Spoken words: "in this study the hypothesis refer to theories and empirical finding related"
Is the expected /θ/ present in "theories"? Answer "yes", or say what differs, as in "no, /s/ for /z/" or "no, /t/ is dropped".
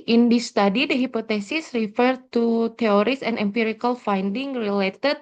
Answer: no, /t/ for /θ/